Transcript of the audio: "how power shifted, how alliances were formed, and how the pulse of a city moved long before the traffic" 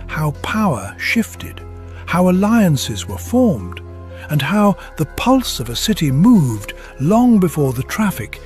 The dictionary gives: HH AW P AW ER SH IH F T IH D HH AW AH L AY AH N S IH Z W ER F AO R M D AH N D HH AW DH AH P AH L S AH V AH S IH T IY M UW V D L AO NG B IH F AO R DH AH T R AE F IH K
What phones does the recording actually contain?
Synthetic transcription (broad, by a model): HH AW P AW ER SH IH F T IH D HH AW AH L AY AH N S IH Z W ER F AO R M D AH N HH AW DH AH P AH L S AH V AH S IH T IY M UW V D L AO NG B IH F AO R DH AH T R AE F IH K